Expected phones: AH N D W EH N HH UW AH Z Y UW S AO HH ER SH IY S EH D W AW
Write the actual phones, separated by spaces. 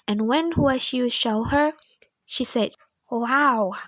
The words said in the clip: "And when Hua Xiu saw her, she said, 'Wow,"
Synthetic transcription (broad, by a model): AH N W EH N HH UW AH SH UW SH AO HH ER SH IY S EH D W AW